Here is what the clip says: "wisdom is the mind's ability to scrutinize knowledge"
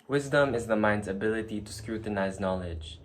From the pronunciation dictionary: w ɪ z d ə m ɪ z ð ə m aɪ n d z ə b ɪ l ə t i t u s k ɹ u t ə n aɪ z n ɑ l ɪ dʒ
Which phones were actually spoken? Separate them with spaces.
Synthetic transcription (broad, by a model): w ɪ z d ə m ɪ z ð ə m aɪ n d z ə b ɪ l ə t i t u s k ɹ u t ə n aɪ z n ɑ l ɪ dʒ